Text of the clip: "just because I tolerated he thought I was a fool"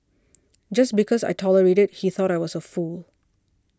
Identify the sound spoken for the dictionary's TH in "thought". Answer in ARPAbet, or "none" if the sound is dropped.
TH